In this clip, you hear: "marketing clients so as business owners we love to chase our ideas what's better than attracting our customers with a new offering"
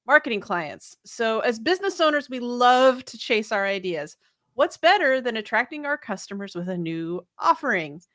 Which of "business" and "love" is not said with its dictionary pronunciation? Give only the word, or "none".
none